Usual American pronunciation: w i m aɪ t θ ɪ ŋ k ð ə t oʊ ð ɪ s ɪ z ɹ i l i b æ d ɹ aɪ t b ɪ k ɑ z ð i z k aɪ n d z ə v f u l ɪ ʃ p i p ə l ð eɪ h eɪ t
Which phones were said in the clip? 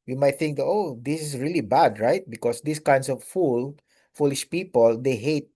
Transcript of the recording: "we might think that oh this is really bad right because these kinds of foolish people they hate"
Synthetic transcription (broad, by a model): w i m aɪ t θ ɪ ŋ k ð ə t oʊ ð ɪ s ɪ s ɹ i l i b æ d ɹ aɪ t b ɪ k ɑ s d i s k aɪ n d s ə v f u l ɪ ʃ p i p ə l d eɪ h eɪ t